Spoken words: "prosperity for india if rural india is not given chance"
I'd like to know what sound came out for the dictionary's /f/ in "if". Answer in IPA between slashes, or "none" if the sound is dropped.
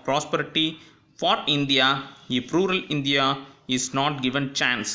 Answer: /p/